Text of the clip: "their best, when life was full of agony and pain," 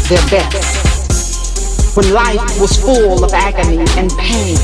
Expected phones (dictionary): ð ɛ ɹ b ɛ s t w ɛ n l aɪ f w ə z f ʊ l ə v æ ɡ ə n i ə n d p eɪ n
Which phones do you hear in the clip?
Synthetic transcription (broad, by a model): ð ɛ ɹ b ɛ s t w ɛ n l aɪ f w ə z f ʊ l ə v æ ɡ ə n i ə n p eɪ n